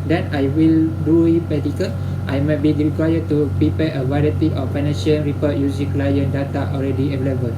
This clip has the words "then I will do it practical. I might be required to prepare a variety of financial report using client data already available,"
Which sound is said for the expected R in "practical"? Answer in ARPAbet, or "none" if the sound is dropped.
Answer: none